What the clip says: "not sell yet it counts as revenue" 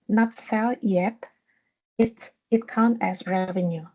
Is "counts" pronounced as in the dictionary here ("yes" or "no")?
no